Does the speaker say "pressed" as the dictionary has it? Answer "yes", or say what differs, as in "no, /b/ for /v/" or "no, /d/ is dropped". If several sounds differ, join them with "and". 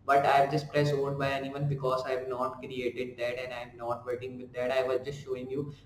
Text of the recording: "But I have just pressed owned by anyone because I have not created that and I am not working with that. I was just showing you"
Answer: no, /t/ is dropped